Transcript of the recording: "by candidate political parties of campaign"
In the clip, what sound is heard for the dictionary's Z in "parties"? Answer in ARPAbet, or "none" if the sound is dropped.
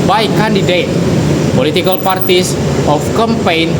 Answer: S